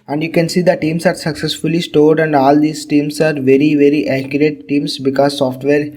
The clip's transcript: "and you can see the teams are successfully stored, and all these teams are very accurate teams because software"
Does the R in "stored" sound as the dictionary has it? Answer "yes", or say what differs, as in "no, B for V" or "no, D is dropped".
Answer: yes